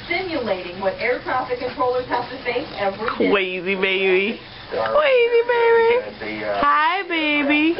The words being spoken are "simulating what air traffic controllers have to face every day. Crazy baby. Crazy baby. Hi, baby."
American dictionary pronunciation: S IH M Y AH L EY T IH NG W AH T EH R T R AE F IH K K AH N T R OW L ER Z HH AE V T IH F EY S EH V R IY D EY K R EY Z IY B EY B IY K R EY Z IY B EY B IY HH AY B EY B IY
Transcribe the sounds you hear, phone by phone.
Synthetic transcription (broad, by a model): S IH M Y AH L EY T IH NG W AH T EH R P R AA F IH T K AH N T R OW L ER Z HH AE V T IH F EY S EH V R IY K W EY Z IY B EY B IY K W EY Z IY B EY B IY HH AY B EY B IY